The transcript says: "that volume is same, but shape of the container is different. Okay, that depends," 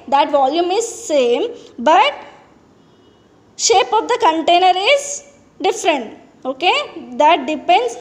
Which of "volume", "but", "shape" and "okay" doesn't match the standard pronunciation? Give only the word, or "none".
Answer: none